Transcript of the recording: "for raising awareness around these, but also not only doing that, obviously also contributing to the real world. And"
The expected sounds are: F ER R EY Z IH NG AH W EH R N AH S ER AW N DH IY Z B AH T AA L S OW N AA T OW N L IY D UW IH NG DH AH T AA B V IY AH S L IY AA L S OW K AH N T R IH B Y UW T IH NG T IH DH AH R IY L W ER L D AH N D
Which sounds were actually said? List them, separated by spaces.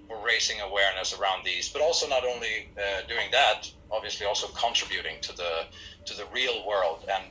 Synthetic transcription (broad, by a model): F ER R EY S IH NG AH W EH R N AH S ER AW N DH IY Z B AH T AA L S OW N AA T OW N L IY D UW IH NG DH AH T AA B V IY AH S L IY AA L S OW K AH N T R IH B Y UW T IH NG T IH DH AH R IY L W ER L D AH N